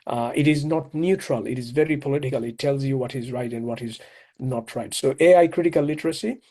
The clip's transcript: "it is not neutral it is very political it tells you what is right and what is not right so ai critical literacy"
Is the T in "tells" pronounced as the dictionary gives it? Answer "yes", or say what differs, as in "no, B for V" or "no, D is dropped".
yes